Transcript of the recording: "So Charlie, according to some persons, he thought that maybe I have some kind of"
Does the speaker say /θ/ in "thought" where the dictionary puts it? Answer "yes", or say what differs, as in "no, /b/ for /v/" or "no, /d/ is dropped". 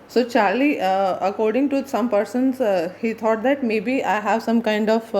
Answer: no, /t/ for /θ/